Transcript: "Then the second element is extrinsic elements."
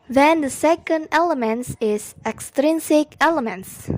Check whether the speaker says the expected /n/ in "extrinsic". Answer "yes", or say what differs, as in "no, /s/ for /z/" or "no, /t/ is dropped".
yes